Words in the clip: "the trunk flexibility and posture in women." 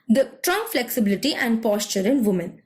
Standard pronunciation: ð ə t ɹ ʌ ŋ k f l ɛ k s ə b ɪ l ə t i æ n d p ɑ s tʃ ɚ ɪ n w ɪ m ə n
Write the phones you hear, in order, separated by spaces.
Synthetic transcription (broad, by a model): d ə t ɹ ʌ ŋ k f l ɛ k s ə b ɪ l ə t i æ n d p ɑ s tʃ ɚ ɪ n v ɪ m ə n